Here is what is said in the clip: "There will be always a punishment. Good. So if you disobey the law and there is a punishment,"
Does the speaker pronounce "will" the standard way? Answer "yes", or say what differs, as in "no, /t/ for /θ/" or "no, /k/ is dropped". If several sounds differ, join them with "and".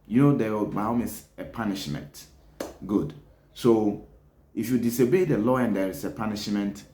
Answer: no, /w/ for /l/